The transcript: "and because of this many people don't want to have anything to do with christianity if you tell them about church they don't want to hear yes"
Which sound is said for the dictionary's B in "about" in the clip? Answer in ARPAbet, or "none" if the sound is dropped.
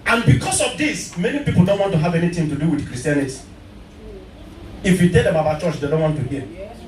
none